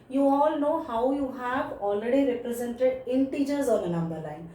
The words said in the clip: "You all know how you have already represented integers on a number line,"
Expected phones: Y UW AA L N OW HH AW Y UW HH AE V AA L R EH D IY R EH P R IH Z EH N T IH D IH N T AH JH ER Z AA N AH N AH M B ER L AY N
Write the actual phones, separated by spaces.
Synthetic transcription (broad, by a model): Y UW AA L N OW HH AW Y UW HH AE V AA L R EH D IY R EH P R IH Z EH N T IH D IH N T AH JH ER Z AA N AH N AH M B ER L AY N